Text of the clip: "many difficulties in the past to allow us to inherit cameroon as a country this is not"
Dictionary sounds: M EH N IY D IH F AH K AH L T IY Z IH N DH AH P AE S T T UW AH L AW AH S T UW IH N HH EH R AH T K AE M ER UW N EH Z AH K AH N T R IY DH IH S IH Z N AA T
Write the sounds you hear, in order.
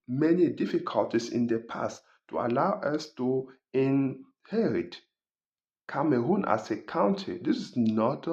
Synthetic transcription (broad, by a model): M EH N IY D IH F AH K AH L T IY S IH N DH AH P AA S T T UW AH L AW AH S T UW IH N HH EH R AH T K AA M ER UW N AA S AH K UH N T IY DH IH S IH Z N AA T